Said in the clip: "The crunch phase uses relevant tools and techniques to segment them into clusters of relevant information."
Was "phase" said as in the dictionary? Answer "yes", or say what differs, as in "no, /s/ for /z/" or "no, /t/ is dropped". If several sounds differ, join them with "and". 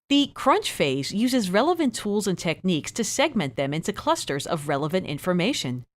yes